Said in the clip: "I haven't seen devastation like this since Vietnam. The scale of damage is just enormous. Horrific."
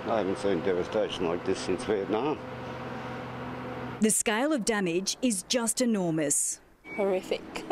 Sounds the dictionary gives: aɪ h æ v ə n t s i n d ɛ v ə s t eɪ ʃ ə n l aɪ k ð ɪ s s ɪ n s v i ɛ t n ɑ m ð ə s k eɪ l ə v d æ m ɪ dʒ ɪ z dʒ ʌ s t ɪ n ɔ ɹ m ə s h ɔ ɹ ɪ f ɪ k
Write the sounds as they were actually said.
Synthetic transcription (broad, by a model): aɪ h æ v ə n t s i n d ɛ v ə s t eɪ ʃ ə n l aɪ k ð ɪ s s ɪ n s w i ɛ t n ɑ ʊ ð ə s k eɪ l ə v d æ m ɪ dʒ ɪ z dʒ ʌ s t ɪ n ɔ ɹ m ə s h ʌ ɹ ɪ f ɪ k